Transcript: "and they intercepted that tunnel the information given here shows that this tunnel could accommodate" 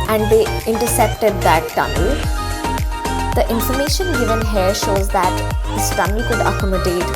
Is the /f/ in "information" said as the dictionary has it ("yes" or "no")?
yes